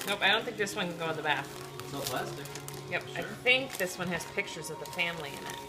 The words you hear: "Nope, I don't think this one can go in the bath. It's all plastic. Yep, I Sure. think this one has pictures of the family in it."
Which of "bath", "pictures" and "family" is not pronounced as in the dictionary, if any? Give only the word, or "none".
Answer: none